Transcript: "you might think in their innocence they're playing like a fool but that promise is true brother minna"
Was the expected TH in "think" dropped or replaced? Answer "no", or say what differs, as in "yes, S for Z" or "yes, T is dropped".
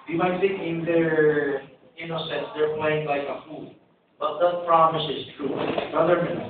yes, S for TH